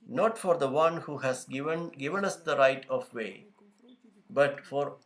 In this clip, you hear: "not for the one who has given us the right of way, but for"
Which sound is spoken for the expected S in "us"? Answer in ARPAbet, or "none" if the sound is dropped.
S